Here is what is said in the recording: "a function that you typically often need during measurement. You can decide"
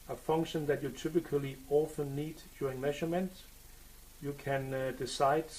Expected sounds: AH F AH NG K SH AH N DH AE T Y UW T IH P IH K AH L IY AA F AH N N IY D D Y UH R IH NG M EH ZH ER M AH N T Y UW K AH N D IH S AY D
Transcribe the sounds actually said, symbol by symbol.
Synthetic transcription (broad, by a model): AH F AH NG K SH AH N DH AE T Y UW T IH P IH K AH L IY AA F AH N N IY D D Y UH R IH NG M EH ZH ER M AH N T Y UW K AH N D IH S AY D